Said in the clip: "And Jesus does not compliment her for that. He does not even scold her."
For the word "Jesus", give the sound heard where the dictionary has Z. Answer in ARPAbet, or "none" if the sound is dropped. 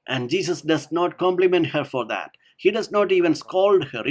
S